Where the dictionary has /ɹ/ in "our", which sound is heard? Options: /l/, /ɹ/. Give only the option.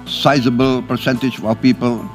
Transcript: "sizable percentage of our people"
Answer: /l/